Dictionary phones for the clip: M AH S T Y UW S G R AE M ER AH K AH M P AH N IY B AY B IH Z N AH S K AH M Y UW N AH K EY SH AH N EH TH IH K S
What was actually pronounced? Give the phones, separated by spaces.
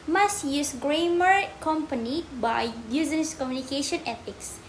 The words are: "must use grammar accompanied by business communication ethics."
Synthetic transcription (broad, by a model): M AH S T Y UW S G R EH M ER K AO M P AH N IY B AY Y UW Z AH S K AH M Y UW N AH K EY SH AH N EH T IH K S